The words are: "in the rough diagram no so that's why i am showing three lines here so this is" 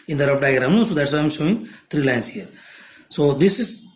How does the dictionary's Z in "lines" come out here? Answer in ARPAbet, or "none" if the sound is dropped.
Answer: S